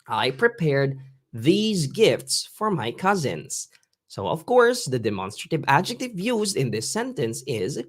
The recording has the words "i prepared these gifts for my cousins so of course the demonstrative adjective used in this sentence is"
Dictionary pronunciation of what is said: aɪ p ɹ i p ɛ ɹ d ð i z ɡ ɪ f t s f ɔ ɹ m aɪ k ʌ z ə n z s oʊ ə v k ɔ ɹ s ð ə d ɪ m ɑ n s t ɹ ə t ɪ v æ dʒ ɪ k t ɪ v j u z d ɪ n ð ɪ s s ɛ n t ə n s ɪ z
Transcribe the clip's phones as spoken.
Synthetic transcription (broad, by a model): aɪ p ɹ i p ɛ ɹ d ð i z ɡ ɪ f t s f ɔ ɹ m aɪ k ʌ z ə n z s oʊ ə v k ɔ ɹ s ð ə d ɪ m ɑ n s t ɹ ə t ɪ v æ dʒ ɪ k t ɪ v j u z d ɪ n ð ɪ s s ɛ n t ə n s ɪ z